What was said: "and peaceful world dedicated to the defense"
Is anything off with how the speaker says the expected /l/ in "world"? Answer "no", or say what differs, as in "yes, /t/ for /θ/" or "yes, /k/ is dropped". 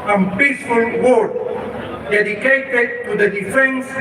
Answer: yes, /l/ is dropped